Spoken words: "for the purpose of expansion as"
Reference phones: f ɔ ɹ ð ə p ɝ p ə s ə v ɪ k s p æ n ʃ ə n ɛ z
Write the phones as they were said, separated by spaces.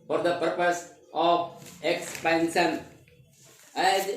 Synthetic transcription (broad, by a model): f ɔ ɹ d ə p ɝ p ə s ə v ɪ k s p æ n s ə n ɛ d